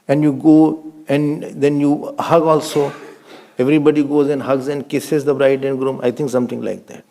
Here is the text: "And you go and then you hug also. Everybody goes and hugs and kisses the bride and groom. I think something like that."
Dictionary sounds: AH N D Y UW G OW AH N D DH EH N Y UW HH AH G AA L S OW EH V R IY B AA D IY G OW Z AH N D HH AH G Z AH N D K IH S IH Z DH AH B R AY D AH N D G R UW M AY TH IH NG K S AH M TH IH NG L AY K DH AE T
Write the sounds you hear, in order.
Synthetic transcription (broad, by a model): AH N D Y UW G OW AH N D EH N Y UW HH AH G AA L S OW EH V R IY B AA D IY G OW Z AH N D HH AH G Z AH N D K IH S IH Z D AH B R AY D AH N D G R UW M AY T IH NG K S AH M T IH NG L AY K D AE T